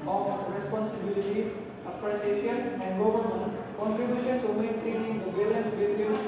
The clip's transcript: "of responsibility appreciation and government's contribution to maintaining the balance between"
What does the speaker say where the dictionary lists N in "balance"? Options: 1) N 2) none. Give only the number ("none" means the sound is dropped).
2